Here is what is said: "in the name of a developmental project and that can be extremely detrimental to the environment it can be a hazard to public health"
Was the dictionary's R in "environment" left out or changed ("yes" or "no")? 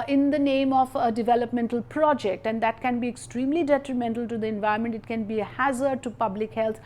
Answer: yes